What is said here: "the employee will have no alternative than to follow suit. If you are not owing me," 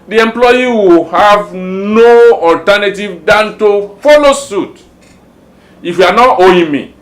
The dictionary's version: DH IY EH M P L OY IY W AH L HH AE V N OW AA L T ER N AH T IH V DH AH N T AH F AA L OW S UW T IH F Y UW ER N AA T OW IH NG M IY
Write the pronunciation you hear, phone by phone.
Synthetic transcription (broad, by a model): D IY EH M P L OY IY W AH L HH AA V N OW AA L T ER N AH T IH V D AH N T AH F AA L OW S UW T IH F Y UW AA N AA T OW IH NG M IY